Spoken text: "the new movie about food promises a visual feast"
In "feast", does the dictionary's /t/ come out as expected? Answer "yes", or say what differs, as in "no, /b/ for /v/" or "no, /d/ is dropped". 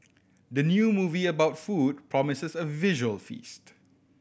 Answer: yes